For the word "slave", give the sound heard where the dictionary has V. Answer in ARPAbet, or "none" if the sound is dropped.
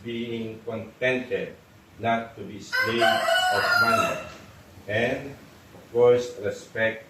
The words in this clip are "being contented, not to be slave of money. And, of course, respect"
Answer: none